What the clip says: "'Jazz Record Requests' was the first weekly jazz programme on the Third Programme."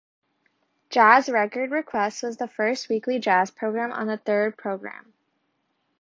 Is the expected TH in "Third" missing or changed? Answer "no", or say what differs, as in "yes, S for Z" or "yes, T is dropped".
no